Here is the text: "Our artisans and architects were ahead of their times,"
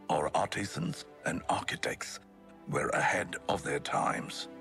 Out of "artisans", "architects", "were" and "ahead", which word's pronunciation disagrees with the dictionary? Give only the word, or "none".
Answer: none